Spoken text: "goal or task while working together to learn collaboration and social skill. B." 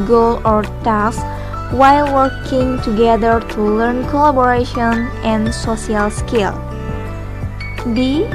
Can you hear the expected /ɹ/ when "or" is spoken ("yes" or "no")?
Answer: yes